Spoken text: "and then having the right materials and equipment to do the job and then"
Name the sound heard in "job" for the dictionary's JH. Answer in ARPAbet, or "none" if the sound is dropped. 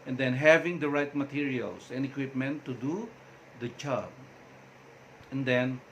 CH